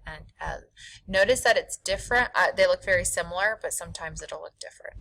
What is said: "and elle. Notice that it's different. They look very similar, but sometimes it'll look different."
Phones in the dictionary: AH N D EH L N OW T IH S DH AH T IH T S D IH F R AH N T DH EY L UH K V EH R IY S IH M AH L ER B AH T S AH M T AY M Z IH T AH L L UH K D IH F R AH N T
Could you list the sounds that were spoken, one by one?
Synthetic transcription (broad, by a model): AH N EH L N OW T IH S DH AH T IH T S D IH F R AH N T DH EY L UH K V EH R IY S IH M L ER B AH T S AH M T AY M Z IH T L L UH K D IH F R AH N T